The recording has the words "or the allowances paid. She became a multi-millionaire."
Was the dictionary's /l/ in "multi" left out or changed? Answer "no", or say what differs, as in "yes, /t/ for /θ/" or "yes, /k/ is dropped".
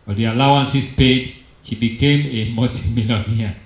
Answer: yes, /l/ is dropped